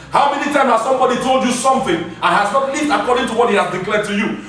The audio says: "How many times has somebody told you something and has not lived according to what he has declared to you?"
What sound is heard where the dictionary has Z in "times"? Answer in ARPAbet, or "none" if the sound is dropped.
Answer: none